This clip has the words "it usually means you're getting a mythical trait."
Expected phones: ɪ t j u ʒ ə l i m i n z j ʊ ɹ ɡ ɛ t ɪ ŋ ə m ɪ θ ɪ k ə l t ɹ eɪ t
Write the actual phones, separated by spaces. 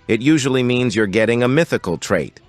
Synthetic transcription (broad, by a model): ɪ t j u ʒ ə l i m i n z j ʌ ɹ ɡ ɛ t ɪ ŋ ə m ɪ θ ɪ k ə l t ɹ eɪ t